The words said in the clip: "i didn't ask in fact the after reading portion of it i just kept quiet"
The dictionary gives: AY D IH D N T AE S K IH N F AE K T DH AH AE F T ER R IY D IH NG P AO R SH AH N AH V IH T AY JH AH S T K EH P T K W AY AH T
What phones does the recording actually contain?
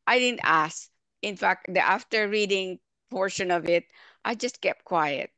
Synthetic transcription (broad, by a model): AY D IH D N T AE S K IH N F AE K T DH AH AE F T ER R IY D IH NG P AO R SH AH N AH V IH T AY JH AH S T K EH P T K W AY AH T